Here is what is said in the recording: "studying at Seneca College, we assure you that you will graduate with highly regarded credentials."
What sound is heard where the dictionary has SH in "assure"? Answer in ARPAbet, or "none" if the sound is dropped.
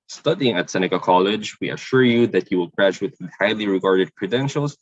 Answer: SH